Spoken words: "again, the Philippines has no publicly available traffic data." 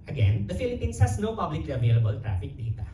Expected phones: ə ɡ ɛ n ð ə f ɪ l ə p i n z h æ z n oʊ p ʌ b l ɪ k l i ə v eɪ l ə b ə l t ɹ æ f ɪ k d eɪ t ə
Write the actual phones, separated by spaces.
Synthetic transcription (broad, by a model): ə ɡ ɛ n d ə f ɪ l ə p i n s h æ s n oʊ p ʌ b l ɪ k l i ə v eɪ l ə b ə l t ɹ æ f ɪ k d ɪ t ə